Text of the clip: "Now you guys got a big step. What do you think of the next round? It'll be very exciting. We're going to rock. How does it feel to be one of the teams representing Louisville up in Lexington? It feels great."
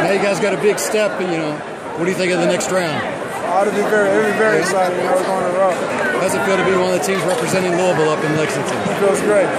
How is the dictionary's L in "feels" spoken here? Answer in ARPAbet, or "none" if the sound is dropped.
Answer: none